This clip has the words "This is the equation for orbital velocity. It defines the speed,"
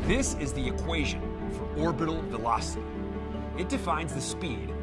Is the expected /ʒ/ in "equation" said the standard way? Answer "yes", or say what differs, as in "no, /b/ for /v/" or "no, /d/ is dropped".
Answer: yes